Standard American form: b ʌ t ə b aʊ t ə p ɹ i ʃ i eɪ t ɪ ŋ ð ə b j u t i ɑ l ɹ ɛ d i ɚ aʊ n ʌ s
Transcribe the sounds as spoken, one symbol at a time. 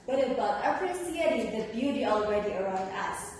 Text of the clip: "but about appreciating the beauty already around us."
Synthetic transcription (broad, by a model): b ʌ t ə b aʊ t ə p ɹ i s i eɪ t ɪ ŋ ð ə b j u t i ɑ l ɹ ɛ d i ɚ aʊ n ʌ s